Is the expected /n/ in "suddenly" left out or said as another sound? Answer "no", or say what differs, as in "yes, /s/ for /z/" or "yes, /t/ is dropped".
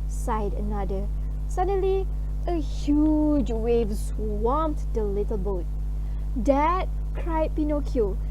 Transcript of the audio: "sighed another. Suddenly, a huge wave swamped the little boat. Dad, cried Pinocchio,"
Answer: no